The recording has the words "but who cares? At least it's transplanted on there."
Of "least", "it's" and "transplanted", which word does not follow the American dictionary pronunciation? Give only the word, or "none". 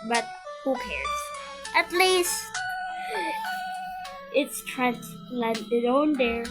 transplanted